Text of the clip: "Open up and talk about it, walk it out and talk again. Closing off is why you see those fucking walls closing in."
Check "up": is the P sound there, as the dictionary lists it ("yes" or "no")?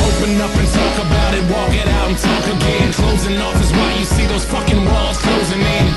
yes